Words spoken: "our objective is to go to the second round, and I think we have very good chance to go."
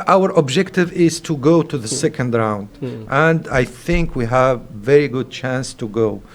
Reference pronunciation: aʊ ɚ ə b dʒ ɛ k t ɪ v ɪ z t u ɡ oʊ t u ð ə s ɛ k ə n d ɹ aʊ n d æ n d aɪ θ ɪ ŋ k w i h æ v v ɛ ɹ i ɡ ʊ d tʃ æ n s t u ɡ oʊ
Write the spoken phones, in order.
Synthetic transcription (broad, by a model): aʊ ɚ ə b dʒ ɛ k t ɪ v ɪ z t u ɡ oʊ t u ð ə s ɛ k ə n d ɹ aʊ n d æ n d aɪ θ ɪ ŋ k w i h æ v v ɛ ɹ i ɡ ʊ d tʃ æ n s t u ɡ oʊ